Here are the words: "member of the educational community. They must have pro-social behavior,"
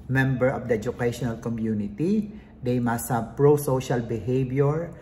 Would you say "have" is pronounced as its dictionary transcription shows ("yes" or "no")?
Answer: no